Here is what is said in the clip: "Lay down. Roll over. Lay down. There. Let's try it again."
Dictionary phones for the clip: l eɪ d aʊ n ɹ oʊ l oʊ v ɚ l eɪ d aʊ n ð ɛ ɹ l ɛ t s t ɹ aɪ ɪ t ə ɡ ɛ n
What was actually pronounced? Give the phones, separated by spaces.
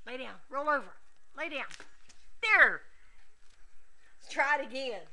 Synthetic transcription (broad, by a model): l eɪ d aʊ n ɹ oʊ l oʊ v ɚ l eɪ d aʊ n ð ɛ ɹ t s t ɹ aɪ ɪ t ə ɡ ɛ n